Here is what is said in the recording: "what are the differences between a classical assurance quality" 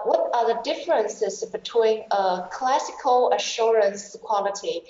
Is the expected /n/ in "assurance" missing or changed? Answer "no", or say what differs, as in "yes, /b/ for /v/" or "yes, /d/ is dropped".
no